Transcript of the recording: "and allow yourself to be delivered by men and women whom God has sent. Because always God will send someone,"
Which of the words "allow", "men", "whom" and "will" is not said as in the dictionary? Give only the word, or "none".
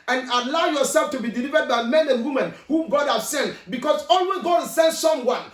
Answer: will